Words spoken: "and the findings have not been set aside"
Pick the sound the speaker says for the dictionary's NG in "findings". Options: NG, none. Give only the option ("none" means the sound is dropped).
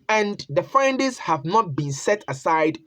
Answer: none